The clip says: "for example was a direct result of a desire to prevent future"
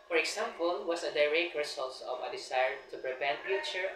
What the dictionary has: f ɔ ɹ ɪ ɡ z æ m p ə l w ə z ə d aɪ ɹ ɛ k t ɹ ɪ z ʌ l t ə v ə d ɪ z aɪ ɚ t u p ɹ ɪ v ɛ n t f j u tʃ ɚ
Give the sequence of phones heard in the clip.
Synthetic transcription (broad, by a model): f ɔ ɹ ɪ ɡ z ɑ m p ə l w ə s ə d aɪ ɹ ɛ k t ɹ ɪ s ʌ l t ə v ə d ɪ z aɪ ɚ t u p ɹ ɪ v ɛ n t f j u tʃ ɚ